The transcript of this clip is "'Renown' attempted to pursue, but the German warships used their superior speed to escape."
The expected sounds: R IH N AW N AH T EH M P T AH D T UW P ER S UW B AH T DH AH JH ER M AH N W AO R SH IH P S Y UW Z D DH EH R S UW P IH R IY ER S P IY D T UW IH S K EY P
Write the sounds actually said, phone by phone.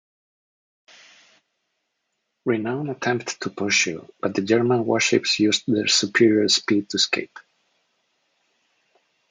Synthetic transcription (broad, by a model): R IH N AW N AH T EH M P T T UW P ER SH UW B AH T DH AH JH ER M AH N W AO R SH IH P S Y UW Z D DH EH R S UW P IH R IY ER S P IY D T UW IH S K EY P